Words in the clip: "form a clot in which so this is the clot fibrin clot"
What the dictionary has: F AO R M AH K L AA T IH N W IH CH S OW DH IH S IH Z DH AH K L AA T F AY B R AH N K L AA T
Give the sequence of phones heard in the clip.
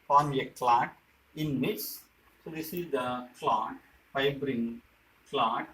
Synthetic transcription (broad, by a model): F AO R M AH K L AA T IH N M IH S S OW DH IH S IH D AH K L AA T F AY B R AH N K L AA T